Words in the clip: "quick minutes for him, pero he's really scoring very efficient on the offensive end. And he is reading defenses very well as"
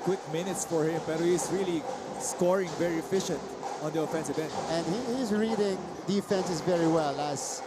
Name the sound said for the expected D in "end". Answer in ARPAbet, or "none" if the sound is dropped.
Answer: none